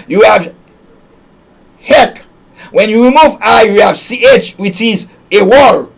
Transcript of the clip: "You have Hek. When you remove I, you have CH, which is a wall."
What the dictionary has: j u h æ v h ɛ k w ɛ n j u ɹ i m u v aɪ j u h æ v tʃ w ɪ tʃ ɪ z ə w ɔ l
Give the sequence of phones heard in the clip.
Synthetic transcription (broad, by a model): j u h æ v h ɛ k w ɛ n j u ɹ i m u v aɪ j u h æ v tʃ w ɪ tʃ ɪ z ə w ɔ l